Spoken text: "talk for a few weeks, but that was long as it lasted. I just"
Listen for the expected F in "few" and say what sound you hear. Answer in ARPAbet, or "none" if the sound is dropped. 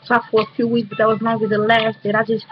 F